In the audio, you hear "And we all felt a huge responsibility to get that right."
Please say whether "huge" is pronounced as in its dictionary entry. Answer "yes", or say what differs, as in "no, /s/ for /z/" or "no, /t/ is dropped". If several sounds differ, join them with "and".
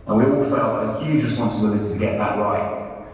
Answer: yes